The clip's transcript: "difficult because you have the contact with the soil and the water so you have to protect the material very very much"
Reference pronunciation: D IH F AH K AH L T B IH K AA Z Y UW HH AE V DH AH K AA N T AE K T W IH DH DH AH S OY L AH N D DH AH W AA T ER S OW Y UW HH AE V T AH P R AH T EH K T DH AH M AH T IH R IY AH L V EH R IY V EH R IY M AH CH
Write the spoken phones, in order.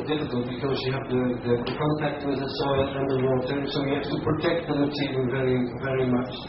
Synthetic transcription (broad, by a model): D IH F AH K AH L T B IH K AA Z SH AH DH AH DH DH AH K AA N T AE K T W IH DH DH AH S OY L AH N DH AH W AA T ER S OW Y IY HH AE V T AH P R AH T EH K T DH AH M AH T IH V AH N V EH R IY V EH R IY M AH CH